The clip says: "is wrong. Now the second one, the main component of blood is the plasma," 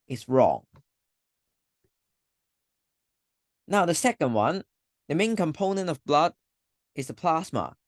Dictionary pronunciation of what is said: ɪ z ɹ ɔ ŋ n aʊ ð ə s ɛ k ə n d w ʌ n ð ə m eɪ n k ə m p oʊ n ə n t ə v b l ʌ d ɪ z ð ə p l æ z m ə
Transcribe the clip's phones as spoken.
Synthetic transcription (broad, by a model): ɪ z ɹ ɔ ŋ n aʊ ð ə s ɛ k ə n d w ʌ n ð ə m eɪ n k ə m p oʊ n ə n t ə v b l ʌ d ɪ z ð ə p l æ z m ə